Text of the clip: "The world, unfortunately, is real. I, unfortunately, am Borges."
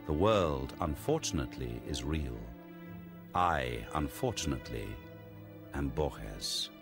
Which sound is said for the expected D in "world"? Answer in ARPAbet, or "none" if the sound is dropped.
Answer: D